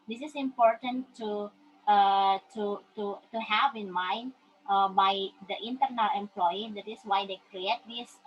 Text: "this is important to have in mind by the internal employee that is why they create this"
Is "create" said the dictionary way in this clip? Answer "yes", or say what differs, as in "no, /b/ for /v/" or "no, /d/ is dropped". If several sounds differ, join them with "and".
yes